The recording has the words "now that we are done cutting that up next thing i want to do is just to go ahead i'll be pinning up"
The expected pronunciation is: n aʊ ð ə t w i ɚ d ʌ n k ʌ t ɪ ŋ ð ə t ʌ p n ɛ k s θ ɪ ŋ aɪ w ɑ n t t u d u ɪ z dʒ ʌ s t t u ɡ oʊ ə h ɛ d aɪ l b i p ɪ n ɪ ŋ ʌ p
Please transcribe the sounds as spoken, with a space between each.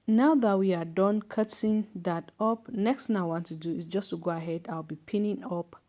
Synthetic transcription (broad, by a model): n aʊ ð ə t w i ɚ d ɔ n k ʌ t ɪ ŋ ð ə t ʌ p n ɛ k s t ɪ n aɪ w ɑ n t t u d u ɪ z dʒ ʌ s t t u ɡ oʊ ə h ɛ d aɪ l b i p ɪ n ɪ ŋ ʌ p